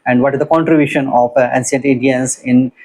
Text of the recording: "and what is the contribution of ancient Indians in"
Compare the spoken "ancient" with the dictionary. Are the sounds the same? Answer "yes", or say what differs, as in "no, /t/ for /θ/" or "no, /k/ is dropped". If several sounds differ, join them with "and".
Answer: no, /s/ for /ʃ/